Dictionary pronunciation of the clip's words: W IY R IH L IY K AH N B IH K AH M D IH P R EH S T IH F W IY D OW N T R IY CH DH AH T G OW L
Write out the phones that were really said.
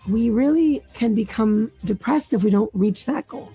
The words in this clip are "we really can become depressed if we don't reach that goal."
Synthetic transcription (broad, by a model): W IY R IH L IY K AH N B IH K AH M D IH P R EH S T IH F W IY D OW N T R IY CH DH AH T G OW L